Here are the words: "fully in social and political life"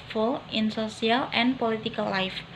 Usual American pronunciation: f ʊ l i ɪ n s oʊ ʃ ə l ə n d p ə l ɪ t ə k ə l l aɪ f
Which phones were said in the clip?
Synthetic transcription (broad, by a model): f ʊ l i ɪ n s oʊ s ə l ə n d p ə l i t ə k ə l l aɪ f